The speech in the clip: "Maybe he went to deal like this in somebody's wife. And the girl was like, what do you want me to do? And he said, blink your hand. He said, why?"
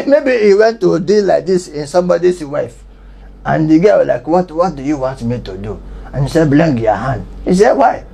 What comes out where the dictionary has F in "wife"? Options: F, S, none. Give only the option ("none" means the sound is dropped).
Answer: F